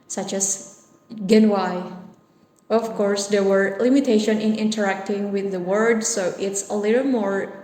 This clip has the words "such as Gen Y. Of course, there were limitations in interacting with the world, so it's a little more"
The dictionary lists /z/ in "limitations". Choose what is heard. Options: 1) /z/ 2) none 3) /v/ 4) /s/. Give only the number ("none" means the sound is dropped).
2